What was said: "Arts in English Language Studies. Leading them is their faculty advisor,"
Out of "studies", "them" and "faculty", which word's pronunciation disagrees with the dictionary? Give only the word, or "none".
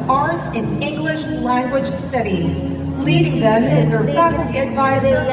faculty